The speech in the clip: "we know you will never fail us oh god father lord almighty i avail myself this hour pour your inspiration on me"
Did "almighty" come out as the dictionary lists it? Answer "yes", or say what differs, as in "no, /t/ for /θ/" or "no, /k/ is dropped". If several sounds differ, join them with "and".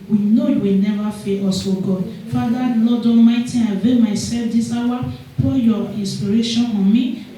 no, /l/ is dropped